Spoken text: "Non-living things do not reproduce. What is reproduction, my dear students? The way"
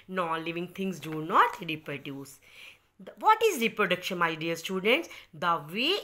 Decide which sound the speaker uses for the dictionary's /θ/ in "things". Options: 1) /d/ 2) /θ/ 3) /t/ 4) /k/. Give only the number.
3